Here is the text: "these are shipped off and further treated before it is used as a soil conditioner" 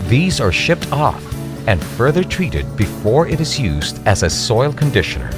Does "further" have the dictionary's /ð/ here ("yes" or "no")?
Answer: yes